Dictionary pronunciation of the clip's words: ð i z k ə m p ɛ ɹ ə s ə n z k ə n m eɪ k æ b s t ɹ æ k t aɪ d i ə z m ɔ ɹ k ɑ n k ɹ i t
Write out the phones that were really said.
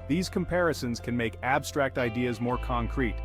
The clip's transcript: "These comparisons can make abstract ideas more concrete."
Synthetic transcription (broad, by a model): ð i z k ə m p ɛ ɹ ə s ə n z k ə n m eɪ k æ b s t ɹ æ k t aɪ d i ə z m ɔ ɹ k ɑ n k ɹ i t